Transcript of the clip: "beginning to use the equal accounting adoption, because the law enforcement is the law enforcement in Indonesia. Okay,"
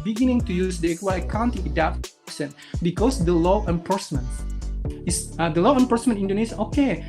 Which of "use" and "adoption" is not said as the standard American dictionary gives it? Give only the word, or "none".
adoption